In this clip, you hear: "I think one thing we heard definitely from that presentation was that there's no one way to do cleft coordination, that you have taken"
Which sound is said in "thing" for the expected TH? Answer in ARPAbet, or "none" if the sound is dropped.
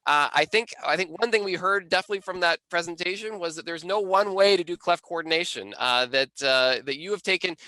TH